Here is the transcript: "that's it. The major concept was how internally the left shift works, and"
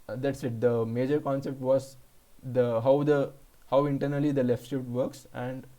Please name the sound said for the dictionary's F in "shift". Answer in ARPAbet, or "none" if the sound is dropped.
none